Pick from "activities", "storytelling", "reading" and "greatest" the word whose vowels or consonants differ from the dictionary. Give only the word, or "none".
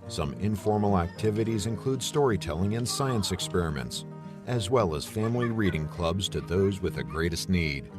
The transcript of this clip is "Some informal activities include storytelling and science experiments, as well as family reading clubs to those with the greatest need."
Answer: none